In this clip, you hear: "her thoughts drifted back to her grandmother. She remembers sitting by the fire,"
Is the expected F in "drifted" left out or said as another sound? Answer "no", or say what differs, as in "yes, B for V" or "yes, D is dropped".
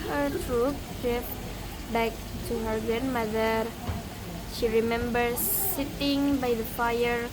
yes, P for F